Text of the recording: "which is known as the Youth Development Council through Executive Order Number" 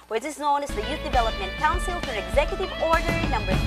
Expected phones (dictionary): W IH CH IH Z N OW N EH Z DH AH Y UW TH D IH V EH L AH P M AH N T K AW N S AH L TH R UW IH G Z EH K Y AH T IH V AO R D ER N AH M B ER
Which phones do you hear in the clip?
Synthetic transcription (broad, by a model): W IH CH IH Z N OW N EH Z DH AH Y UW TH D IH V EH L AH P M AH N T K AW N S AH L F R IH G Z EH K Y AH T IH V AO R D ER N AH M B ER